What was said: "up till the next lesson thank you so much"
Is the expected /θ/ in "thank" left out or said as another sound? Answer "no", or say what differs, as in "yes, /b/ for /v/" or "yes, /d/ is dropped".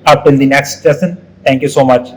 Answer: yes, /t/ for /θ/